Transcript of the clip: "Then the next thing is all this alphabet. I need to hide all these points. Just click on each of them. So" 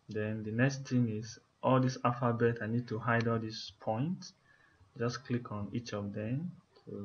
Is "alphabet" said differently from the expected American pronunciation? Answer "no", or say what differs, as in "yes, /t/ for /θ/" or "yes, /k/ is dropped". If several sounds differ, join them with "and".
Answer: yes, /l/ is dropped